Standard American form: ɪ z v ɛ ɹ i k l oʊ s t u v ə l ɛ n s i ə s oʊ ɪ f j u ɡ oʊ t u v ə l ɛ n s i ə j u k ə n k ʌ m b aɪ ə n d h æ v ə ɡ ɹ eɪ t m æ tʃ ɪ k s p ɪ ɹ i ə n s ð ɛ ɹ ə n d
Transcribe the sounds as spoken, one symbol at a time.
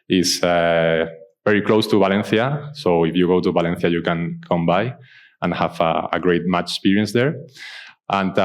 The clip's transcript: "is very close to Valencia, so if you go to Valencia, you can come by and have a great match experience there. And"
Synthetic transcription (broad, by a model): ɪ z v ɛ ɹ i k l oʊ s t u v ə l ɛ n θ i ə s oʊ ɪ f j u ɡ oʊ t u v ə l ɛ n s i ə j u k ə n k ʌ m b aɪ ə n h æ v ə ɡ ɹ eɪ t m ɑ tʃ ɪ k s p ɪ ɹ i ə n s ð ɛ ɹ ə n